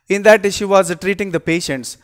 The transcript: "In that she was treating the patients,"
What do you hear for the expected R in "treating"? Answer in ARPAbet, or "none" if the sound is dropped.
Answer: R